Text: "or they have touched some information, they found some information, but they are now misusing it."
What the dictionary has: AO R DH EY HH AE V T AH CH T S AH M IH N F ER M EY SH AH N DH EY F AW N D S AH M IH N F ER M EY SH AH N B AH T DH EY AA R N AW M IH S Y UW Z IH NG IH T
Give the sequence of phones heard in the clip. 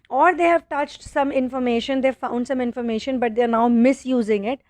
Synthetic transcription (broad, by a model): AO R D EY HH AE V T AH CH T S AH M IH N F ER M EY SH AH N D EY F AW N D S AH M IH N F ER M EY SH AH N B AH T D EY R N AW M IH S Y UW Z IH NG IH T